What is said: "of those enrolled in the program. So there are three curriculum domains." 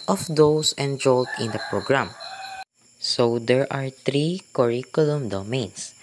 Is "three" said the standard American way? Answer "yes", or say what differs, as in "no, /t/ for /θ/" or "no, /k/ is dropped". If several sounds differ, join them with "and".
no, /t/ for /θ/